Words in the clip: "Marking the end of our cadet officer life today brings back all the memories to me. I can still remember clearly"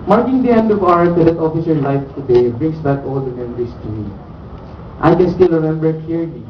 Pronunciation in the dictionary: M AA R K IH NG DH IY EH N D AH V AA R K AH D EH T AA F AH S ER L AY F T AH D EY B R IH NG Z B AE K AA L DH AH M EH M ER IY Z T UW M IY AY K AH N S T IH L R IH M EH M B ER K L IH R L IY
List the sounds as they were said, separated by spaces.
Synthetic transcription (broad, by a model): M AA R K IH NG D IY EH N D AH V AA R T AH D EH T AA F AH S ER L AY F T AH D EY B R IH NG S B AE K AA L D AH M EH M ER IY S T UW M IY AY K AH N S T IH L R IH M EH M B ER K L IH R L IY